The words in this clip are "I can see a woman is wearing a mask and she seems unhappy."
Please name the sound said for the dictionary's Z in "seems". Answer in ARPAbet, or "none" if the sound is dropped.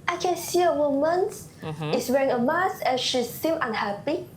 none